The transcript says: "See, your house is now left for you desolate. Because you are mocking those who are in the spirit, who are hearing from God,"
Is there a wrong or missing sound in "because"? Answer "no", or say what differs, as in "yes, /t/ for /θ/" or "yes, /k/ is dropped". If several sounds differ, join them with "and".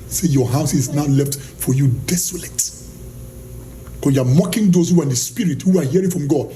yes, /z/ is dropped